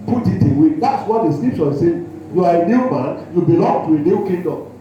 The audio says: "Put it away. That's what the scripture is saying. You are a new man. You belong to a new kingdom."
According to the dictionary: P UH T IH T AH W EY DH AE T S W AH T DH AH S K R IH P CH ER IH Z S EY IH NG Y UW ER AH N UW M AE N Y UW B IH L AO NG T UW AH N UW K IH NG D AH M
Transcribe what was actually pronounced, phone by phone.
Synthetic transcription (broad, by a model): P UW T IH T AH W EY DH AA T S W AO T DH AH S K L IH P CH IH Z S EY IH Y UW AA AH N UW M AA N Y UW B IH L AO NG T UW AH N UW K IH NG D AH M